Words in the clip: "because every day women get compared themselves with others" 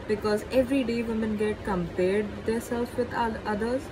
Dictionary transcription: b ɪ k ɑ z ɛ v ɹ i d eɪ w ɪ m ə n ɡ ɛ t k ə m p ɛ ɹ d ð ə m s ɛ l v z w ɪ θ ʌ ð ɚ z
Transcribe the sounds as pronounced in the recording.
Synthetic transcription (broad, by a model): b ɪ k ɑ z ɛ v ɹ i d eɪ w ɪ m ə n ɡ ɛ t k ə m p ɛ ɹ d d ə s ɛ l z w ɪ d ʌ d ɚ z